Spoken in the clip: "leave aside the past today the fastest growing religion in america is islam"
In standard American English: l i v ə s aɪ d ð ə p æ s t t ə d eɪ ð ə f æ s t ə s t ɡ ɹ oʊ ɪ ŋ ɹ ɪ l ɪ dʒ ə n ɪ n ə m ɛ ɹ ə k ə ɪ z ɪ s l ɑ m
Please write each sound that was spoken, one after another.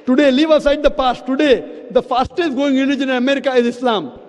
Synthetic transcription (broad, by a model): l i v ə s aɪ d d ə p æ s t t ə d eɪ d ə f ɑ s t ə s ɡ oʊ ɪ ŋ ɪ n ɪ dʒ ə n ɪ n ə m ɛ ɹ ə k ə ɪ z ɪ s l ɑ m